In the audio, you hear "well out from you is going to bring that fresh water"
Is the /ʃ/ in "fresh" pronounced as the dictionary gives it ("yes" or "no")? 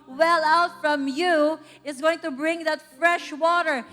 yes